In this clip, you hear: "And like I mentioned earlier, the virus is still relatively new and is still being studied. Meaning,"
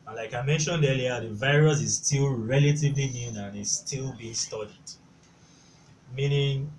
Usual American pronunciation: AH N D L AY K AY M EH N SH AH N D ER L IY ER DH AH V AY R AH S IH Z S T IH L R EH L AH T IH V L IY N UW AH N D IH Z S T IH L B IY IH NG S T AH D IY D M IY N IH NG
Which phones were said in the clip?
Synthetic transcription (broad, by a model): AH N L AY K AY M EH N SH AH N D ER L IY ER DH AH V AY R AH S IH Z S T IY L R EH L AH T IH V L IY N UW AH N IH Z S T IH L B IY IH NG S T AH D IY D M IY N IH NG